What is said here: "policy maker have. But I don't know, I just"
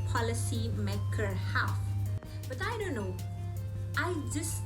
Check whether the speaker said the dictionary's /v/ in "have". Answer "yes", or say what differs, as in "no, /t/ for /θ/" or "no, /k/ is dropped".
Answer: no, /f/ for /v/